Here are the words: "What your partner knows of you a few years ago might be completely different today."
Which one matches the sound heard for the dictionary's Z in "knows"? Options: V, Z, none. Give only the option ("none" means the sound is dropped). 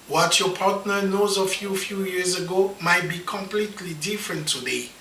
Z